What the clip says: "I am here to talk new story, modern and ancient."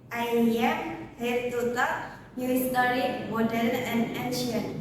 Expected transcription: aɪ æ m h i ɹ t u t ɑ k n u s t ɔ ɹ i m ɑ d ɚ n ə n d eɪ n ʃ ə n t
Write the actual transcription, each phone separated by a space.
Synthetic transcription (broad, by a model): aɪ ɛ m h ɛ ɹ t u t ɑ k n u s t ɔ ɹ i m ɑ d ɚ l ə n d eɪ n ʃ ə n